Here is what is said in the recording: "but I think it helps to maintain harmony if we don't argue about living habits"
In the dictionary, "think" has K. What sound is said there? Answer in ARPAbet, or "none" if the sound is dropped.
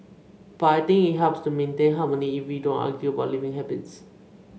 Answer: none